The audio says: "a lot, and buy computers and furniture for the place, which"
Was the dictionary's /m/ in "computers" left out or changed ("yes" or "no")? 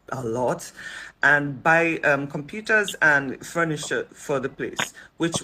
no